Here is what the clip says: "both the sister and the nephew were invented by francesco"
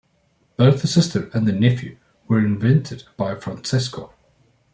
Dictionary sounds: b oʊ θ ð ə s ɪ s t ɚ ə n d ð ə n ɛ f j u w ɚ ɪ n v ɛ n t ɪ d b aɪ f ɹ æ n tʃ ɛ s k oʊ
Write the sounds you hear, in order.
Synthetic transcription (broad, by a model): b oʊ θ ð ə s ɪ s t ɚ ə n ð ə n ɛ f j u w ɚ ɪ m v ɛ n t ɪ d b aɪ f ɹ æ n s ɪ s k oʊ